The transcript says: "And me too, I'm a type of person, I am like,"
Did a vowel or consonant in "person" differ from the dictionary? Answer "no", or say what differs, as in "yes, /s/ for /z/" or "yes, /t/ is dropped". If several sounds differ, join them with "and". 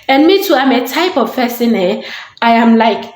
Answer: yes, /f/ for /p/